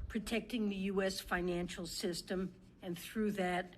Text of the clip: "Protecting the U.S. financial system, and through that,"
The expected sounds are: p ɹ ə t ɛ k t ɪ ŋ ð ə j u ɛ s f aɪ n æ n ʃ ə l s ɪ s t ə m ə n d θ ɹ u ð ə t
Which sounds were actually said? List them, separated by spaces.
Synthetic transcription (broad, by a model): p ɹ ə t ɛ k t ɪ ŋ ð ə j u ɛ s f aɪ n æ n ʃ l s ɪ s t ə m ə n θ ɹ u ð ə t